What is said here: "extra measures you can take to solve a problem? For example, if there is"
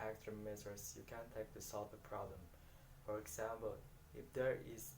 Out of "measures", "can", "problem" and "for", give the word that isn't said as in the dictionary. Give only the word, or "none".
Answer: measures